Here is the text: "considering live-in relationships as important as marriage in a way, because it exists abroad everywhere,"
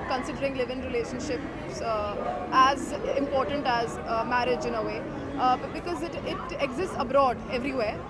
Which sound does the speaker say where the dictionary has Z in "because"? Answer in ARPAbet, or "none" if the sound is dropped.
Z